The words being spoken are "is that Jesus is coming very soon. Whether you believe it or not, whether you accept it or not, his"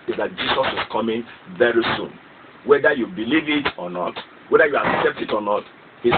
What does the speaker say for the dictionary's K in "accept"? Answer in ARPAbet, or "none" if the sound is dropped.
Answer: K